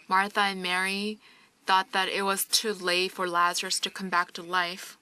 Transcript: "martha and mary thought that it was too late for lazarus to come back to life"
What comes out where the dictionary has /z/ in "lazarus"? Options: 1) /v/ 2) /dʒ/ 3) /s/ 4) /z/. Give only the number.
4